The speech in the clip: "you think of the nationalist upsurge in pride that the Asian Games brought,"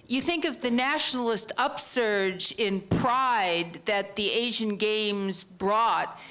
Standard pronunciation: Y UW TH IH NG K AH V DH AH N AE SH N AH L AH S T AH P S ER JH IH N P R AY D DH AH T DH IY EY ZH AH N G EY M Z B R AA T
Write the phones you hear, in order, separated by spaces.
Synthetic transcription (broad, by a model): Y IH TH IH NG K AH V DH AH N AE SH N L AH S T AH P S ER JH IH N P R AY D DH AH T DH IY EY ZH AH N G EY M Z B R AA T